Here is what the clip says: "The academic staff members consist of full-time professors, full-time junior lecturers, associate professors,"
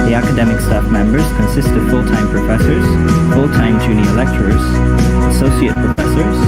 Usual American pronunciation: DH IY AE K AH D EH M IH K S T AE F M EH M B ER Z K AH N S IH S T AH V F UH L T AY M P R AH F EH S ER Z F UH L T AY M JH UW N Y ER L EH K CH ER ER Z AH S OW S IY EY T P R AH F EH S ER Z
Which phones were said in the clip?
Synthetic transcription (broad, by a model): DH IY AE K AH D EH M IH K S T AE F M EH M B ER Z K AH N S IH S T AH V F UH L T AY M P R AH F EH S ER Z F UH L T AY M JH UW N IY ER L EH K CH ER ER Z AH S OW S IY EY T P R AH F EH S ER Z